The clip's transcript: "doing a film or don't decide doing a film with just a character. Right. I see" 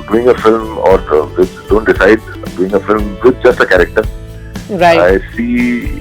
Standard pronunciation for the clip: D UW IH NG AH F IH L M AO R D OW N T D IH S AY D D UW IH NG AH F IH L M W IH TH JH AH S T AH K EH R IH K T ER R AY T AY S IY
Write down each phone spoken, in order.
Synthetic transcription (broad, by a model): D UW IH NG AH F IH L M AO R D OW N T D IH S AY D D UW IH NG AH F IH L M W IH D JH AH S T AH K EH R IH K T ER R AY AY S IY